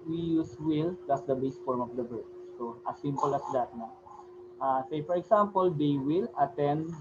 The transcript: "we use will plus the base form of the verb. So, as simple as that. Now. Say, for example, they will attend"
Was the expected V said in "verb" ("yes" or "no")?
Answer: no